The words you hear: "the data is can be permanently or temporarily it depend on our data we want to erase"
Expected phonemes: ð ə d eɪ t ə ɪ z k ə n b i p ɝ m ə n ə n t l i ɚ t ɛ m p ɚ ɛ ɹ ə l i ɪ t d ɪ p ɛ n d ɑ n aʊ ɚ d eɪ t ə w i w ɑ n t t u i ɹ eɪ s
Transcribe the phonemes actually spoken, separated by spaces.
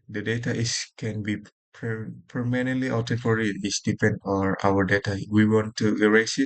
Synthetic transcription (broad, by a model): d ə d eɪ t ə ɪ s k ə n b i p ɝ m ə n ə n t l i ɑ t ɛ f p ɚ ɹ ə i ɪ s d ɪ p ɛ n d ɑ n aʊ ɚ d eɪ t ə w i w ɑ n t t u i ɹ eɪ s